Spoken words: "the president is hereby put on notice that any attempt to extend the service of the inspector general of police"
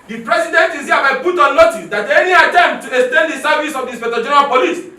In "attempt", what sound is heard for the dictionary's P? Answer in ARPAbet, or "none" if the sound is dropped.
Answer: none